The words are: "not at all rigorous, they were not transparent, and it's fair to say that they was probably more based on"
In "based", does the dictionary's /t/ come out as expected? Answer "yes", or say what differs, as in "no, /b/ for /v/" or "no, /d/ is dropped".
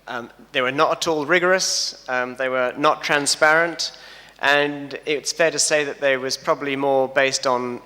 yes